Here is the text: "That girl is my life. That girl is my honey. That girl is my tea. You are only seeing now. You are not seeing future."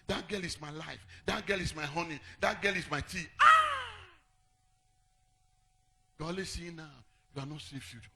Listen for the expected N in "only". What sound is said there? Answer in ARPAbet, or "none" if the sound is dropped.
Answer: none